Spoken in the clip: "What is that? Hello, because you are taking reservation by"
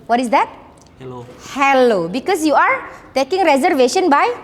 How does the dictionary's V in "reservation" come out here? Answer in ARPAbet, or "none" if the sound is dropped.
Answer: V